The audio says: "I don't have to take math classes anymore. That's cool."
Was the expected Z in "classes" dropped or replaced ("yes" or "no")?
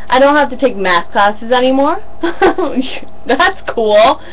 no